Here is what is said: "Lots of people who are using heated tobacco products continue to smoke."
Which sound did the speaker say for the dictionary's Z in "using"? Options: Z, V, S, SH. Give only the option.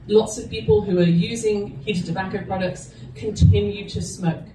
Z